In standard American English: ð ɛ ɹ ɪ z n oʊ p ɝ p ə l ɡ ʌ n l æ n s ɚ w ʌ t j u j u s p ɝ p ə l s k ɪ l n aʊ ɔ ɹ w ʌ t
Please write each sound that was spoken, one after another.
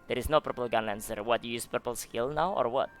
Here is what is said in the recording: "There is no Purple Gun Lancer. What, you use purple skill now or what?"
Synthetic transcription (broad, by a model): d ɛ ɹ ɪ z n oʊ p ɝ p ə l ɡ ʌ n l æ n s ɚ w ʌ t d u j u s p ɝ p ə l s k ɪ l n aʊ ɔ ɹ w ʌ t